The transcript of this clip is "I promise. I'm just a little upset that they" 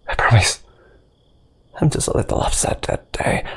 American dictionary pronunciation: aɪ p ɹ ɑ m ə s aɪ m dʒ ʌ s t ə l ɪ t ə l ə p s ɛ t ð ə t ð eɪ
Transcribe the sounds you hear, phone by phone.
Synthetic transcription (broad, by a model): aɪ p ɹ ɑ m ə s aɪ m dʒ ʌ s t ə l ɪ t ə l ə f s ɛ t ð ə t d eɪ